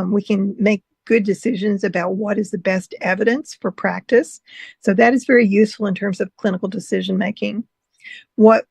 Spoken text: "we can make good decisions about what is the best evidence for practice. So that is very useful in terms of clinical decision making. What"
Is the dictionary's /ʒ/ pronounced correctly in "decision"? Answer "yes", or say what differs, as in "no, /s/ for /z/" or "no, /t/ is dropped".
yes